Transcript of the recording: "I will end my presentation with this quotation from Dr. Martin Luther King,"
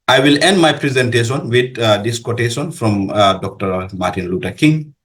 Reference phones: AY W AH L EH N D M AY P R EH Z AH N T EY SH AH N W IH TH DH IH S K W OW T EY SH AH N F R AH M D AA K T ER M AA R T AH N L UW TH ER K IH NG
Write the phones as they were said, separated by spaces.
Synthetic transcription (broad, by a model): AY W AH L EH N D M AY P R EH Z AH N T EY SH AH N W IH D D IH S K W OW T EY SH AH N F R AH M D AA K T ER M AA R T AH N L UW T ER K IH NG